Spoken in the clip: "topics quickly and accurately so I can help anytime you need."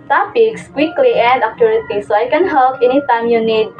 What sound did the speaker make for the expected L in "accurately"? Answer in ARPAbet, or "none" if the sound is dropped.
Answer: none